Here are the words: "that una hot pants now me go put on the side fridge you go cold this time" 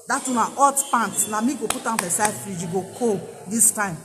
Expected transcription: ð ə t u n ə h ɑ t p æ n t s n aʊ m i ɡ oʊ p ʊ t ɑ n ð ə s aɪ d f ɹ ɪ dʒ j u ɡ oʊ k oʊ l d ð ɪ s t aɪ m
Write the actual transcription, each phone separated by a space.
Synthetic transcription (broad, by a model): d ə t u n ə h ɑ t p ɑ n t n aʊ m i ɡ oʊ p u t ɑ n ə s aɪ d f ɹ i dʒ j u ɡ oʊ k oʊ d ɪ s t aɪ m